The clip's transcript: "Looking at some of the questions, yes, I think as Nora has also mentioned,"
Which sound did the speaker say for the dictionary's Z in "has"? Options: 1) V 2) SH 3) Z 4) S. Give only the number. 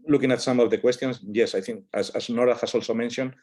4